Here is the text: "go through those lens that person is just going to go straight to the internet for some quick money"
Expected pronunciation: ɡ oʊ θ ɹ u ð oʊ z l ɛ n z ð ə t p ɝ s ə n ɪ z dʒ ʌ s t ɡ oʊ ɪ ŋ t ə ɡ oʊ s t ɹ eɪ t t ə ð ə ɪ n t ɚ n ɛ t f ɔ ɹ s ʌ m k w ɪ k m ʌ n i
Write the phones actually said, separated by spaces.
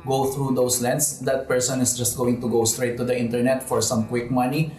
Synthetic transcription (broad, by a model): ɡ oʊ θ ɹ u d oʊ s l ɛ n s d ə t p ɝ s ə n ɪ s dʒ ʌ s t ɡ oʊ ɪ ŋ t ə ɡ oʊ s t ɹ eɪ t t ə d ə ɪ n t ɚ n ɛ t f ɔ ɹ s ʌ m k w ɪ k m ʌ n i